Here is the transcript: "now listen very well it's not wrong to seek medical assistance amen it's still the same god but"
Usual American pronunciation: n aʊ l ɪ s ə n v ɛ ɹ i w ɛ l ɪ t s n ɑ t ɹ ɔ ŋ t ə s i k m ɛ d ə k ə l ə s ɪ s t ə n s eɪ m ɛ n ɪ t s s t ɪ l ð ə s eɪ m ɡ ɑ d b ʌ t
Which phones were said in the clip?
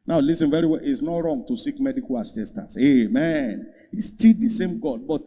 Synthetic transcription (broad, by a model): n aʊ l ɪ s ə n v ɛ ɹ i w ɛ l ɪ t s n ɑ t ɹ ɔ ŋ t ə s i k m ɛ d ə k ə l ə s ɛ s t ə s eɪ m ɛ n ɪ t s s t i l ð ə s eɪ m ɡ ɑ d b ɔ t